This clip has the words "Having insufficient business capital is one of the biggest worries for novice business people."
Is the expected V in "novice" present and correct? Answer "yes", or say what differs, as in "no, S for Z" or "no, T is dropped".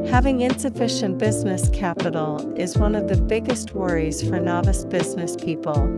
yes